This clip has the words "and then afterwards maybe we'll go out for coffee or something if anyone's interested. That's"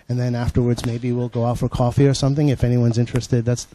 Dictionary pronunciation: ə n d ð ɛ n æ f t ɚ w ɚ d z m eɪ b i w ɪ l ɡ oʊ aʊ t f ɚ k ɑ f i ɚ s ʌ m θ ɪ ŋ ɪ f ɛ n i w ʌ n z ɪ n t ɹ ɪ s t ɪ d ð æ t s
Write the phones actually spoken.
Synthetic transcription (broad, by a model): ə n ð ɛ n æ f t ɚ w ɚ d z m eɪ b i w ɪ l ɡ oʊ aʊ t f ɚ k ɑ f i ɚ s ʌ m θ ɪ ŋ ɪ f ɛ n i w ʌ n z ɪ n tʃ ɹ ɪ s t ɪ d ð æ t s